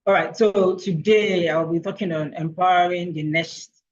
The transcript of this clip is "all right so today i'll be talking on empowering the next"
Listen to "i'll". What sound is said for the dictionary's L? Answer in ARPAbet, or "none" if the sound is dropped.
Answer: L